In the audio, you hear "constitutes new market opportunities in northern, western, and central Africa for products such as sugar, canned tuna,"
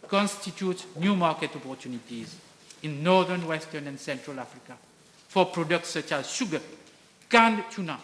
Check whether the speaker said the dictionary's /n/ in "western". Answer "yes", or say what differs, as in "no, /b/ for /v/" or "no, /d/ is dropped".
yes